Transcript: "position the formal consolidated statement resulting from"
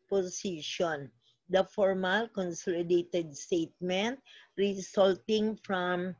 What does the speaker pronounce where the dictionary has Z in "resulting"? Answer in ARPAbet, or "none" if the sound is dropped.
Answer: S